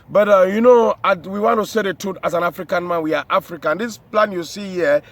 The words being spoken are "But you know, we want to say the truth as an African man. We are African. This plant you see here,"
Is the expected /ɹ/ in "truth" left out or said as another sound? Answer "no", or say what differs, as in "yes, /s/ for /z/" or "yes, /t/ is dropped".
yes, /ɹ/ is dropped